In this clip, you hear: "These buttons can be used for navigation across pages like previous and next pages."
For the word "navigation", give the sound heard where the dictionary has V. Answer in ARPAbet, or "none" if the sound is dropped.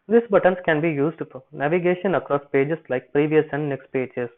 V